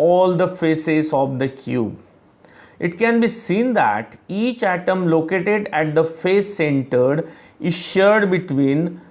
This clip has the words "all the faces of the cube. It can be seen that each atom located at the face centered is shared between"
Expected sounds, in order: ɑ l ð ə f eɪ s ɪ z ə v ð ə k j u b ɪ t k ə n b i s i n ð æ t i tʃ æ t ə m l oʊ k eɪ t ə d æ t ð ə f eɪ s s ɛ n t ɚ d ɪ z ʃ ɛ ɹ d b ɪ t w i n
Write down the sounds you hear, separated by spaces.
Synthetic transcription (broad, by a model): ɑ l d ə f eɪ s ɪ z ə v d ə k j u b ɪ t k ə n b i s i n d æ t i tʃ æ t ə m l oʊ k eɪ t ə d æ t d ə f eɪ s s ɛ n t ɚ d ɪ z ʃ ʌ ɹ d b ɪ t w i n